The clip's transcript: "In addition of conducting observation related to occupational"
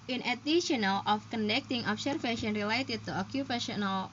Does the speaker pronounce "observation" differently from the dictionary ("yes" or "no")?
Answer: yes